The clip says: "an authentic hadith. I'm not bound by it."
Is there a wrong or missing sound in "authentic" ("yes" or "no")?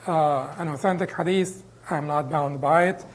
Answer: no